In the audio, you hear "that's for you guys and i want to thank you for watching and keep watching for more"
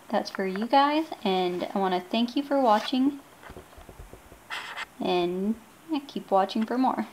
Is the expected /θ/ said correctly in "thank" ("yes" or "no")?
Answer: yes